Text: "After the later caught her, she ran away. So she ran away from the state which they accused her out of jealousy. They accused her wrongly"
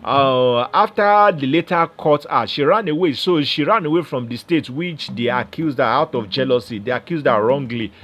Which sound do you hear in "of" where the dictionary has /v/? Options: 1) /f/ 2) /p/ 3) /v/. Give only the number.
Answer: 1